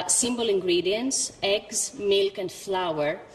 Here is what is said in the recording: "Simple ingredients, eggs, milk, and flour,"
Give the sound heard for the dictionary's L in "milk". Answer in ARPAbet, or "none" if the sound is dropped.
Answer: L